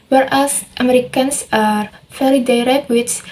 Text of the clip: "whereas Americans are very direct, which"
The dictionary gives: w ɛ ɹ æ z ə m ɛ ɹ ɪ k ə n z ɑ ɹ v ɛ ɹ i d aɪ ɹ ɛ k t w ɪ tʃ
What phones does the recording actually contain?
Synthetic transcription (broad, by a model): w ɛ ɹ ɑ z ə m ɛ ɹ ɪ k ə n s ɑ ɹ f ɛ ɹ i d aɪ ɹ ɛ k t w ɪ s